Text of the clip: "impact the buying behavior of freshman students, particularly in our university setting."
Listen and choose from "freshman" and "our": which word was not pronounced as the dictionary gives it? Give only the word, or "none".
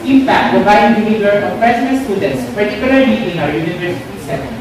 freshman